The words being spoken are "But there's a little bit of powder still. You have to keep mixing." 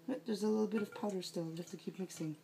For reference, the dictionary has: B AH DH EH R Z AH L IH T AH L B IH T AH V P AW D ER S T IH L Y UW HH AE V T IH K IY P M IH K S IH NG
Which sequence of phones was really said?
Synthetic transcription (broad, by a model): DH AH R Z AH L IH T L B IH T AH V P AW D ER S T IH L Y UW HH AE F T IH K IY P M IH K S IH NG